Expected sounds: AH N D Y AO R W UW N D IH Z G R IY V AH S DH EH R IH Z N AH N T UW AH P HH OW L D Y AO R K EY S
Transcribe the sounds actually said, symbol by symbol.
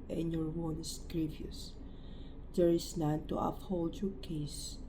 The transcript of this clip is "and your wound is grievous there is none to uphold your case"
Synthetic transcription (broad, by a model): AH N Y AO R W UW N IH S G R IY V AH S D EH R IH S N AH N T UW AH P HH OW L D Y AO R K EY S